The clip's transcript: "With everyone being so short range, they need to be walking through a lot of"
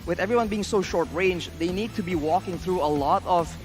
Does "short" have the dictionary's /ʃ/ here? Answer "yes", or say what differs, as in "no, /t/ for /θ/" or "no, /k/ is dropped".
yes